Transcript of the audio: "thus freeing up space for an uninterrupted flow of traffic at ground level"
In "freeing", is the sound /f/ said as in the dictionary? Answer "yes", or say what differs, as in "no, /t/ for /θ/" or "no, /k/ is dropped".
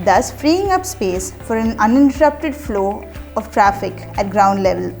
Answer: yes